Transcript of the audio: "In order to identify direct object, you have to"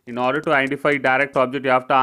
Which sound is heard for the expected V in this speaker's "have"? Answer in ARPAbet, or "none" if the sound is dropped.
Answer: F